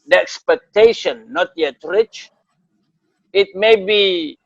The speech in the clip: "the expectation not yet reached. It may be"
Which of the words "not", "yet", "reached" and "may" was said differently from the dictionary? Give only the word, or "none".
reached